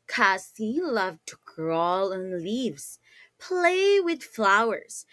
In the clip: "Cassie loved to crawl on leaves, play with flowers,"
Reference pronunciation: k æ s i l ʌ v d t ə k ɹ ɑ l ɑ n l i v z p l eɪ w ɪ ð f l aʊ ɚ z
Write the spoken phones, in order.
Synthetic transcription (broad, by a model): k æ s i l ʌ v t ə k ɹ ɑ l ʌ n l i v z p l eɪ w ɪ ð f l aʊ ɚ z